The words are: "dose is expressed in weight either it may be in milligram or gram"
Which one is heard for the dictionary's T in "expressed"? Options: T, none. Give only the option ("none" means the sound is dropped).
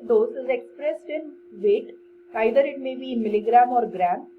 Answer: T